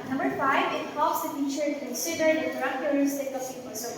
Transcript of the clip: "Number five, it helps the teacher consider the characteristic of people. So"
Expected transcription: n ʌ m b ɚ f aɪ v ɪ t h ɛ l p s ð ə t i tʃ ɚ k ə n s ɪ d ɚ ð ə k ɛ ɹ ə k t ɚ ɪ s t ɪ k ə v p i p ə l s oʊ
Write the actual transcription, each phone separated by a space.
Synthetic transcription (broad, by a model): n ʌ m b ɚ f aɪ v ɪ t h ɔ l s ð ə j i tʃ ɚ k ə n s ɪ d ɚ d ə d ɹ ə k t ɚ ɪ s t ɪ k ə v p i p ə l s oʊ